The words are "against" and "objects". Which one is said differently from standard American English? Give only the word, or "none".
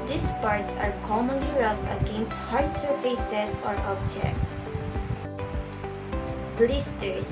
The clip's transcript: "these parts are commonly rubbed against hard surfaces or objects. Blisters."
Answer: none